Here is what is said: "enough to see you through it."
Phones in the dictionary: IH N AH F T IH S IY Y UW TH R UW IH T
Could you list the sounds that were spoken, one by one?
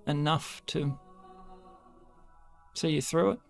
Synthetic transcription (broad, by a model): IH N AH F T IH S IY Y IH TH R UW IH T